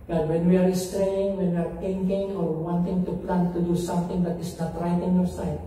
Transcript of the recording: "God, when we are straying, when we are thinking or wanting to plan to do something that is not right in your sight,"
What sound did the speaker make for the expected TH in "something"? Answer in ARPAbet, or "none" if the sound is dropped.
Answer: T